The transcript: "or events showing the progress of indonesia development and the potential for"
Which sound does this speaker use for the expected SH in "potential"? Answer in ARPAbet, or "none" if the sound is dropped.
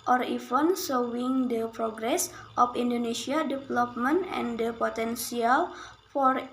S